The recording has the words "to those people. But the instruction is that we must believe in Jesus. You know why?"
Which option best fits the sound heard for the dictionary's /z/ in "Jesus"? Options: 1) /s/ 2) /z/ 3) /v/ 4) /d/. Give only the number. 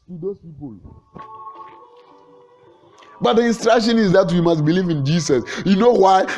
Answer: 1